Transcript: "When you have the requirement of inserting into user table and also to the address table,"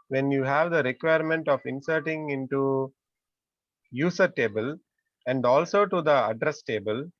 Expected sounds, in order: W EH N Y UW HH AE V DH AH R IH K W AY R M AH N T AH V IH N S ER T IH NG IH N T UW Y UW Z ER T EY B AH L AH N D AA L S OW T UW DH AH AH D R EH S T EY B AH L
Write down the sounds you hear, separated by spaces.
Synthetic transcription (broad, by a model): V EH N Y UW HH AE V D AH R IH K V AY R M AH N T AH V IH N S ER T IH NG IH N T UW Y UW S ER T EY B AH L AH N D AA L S OW T UW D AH AH D R EH S T EY B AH L